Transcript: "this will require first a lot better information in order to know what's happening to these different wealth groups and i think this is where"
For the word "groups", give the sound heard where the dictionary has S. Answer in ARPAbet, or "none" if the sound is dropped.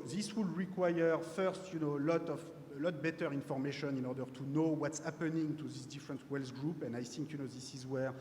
none